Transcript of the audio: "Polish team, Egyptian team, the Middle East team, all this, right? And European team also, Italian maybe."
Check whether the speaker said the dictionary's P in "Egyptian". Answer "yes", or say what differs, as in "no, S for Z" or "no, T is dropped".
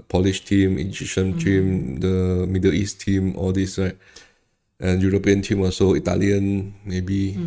no, P is dropped